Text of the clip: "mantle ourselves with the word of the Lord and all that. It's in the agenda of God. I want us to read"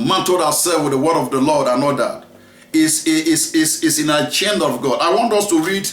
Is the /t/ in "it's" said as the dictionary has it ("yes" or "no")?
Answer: no